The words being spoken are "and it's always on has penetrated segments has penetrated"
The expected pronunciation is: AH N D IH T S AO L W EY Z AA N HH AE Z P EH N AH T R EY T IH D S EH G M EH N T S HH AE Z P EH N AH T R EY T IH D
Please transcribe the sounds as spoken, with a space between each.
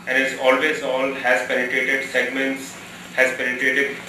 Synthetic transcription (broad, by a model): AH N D IH T S AO L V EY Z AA L HH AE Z P EH N AH T R EY T IH D S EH G M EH N T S HH AE Z P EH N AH T R EY T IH D